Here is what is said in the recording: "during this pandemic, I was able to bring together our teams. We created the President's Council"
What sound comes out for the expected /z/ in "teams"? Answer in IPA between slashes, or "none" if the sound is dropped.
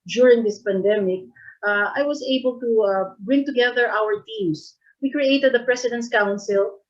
/s/